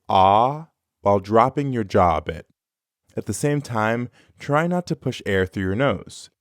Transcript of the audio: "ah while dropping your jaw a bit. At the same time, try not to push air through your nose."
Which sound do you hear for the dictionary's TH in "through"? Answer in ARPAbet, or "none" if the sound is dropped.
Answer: TH